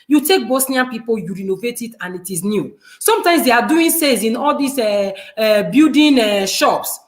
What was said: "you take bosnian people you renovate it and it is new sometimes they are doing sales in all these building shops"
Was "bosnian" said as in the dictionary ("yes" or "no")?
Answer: no